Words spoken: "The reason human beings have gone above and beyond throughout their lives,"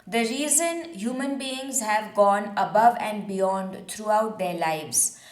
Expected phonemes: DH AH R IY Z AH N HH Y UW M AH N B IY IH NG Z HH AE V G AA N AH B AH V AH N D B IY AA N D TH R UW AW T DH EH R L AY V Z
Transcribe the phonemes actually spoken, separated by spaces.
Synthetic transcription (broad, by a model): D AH R IY Z AH N HH Y UW M AH N B IY IH NG Z HH AE V G AA N AH B AH V AH N D B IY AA N D T R UW AW T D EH R L AY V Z